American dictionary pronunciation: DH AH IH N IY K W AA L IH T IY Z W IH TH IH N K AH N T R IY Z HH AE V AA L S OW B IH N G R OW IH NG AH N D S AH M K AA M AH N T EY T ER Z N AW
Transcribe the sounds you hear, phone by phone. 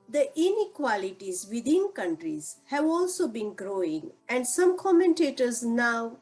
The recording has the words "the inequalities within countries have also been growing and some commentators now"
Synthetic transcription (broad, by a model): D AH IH N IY K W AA L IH T IY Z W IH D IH N K AH N T R IY Z HH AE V AA L S OW B IH N G R OW IH NG AH N D S AH M K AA M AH N T EY T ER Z N AW